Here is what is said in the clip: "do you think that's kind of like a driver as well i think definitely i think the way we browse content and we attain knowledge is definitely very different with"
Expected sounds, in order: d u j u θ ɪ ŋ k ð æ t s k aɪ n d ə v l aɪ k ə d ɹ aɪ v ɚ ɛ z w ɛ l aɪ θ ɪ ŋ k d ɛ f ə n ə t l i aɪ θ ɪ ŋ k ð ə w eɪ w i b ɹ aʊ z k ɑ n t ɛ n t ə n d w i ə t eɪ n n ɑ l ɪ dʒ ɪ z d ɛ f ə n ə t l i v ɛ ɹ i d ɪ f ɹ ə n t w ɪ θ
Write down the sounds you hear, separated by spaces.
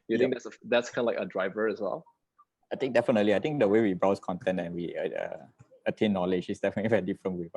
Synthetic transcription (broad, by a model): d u j u t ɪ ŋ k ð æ t s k aɪ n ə l aɪ k ə d ɹ aɪ v ɚ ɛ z w ɛ l aɪ t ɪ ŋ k d ɛ f ə n ə t l i aɪ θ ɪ ŋ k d ə w eɪ w i b ɹ aʊ s k ɑ n t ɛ n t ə n w i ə t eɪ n n ɑ l ɪ dʒ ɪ s d ɛ f ə n ə t l i v ɛ ɹ i d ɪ f ɹ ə n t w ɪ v